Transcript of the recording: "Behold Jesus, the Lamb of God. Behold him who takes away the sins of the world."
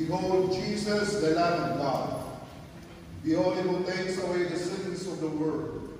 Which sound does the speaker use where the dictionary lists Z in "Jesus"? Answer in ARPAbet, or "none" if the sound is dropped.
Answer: S